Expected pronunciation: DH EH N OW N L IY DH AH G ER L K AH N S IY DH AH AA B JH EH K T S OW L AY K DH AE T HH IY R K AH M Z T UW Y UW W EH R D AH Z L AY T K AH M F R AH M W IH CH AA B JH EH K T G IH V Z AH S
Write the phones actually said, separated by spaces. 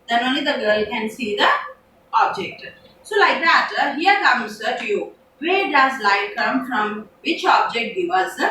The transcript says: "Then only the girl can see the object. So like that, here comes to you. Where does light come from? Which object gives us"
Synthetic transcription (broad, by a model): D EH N OW N L IY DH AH G ER L K AH N S IY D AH AA B JH EH K T S OW L AY K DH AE T HH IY R K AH M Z T UW Y UW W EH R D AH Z L AY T K AH M F R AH M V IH CH AA B JH EH K T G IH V AH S